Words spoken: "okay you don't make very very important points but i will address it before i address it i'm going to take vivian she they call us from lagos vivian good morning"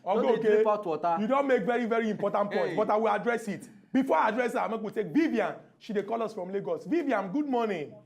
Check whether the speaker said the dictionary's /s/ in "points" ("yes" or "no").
no